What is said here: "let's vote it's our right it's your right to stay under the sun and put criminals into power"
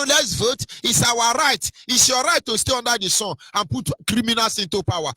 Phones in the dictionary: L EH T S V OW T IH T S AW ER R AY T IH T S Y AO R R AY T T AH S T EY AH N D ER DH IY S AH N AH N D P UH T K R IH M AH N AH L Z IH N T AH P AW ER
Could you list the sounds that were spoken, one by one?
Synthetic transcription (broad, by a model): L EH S V OW T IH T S AW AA R AY T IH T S Y AO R R AY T T AH S T EY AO N D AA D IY S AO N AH N P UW T K R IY M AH N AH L S IH N T AH P AW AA